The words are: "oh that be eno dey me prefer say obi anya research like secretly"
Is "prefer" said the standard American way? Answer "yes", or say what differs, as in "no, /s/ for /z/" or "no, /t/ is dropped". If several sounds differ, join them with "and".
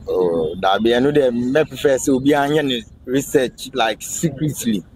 no, /ɹ/ is dropped